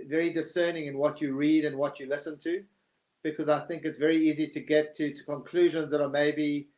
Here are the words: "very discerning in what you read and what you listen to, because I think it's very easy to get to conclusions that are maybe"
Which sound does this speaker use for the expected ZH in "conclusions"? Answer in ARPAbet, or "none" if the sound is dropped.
ZH